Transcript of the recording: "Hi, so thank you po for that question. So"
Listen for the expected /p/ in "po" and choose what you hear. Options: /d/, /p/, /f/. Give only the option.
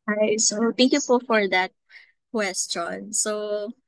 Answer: /f/